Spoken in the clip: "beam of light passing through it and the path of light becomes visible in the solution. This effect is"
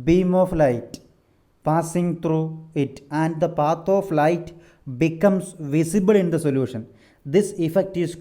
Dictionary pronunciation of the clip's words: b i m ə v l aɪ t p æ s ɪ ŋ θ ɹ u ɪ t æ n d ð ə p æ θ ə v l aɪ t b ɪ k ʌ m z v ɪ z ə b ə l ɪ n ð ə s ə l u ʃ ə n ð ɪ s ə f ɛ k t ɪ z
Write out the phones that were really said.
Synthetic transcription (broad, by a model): b i m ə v l aɪ t p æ s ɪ ŋ t ɹ u ɪ t æ n d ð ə p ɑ t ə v l aɪ t b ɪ k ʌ m s v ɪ s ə b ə l ɪ n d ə s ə l u ʃ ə n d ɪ s ə f ɛ k t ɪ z